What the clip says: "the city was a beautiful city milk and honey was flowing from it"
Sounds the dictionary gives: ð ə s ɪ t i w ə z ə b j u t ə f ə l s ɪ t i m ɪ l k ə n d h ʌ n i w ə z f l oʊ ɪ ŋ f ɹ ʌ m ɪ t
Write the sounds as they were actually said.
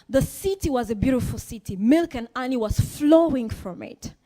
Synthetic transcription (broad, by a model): ð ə s ɪ t i w ə z ə b j u t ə f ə l s ɪ t i m ɪ l k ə n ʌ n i w ə z f l oʊ ɪ ŋ f ɹ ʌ m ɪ t